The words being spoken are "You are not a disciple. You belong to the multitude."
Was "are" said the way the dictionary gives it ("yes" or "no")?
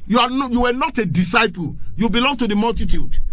no